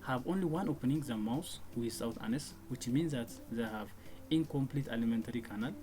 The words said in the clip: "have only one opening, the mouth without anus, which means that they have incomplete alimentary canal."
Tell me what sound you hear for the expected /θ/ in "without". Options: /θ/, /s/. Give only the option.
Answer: /s/